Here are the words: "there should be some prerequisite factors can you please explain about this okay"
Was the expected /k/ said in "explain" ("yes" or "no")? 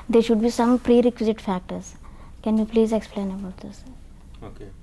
yes